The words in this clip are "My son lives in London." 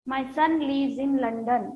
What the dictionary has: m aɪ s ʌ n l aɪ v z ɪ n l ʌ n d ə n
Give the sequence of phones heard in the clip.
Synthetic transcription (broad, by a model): m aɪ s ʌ n l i z ɪ n l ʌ n d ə n